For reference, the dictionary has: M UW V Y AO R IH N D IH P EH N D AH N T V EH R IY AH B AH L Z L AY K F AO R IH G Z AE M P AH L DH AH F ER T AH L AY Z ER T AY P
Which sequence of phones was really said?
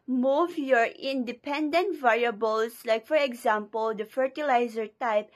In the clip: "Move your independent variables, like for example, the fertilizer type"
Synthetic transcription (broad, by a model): M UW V Y AO R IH N D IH P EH N D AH N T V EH R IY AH B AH L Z L AY K F AO R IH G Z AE M P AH L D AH F ER T AH L AY Z ER T AY P